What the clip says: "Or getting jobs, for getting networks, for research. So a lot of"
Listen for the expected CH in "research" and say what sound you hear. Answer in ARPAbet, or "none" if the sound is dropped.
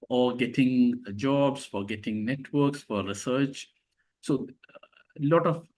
CH